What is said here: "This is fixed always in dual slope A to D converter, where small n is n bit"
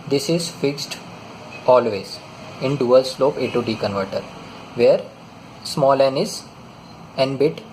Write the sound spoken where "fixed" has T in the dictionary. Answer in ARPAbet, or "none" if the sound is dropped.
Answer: T